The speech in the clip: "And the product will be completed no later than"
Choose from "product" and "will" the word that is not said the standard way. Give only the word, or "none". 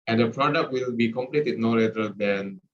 none